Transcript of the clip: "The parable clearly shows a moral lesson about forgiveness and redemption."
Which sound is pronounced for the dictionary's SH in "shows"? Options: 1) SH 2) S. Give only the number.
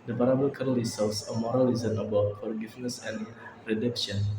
2